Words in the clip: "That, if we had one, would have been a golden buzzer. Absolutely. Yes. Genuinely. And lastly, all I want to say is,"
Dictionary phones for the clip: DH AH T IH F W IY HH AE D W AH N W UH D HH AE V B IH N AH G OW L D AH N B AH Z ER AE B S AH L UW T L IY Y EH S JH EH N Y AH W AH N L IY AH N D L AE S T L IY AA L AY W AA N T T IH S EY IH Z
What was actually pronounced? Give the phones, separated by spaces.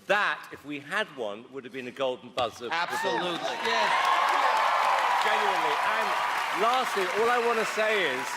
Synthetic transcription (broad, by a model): DH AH T IH F W IY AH D W AH N W UH D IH V B IH N AH G OW L D N B AH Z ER AE B S AH L UW T L IY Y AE JH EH N Y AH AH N L IY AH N L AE S T L IY AA L AY W AA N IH S EY IH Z